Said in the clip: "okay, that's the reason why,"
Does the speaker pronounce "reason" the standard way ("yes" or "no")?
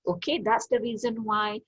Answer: yes